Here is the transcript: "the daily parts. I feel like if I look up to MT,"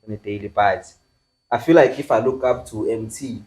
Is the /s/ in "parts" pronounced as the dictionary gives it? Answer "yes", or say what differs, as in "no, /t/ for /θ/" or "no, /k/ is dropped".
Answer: no, /s/ is dropped